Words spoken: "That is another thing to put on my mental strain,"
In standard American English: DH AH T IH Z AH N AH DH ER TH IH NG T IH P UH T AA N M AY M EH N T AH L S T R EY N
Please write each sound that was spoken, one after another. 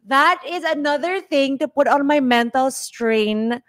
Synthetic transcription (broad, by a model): DH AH T IH Z AH N AH DH ER TH IH NG T IH P UH T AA N M AY M EH N T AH L S T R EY N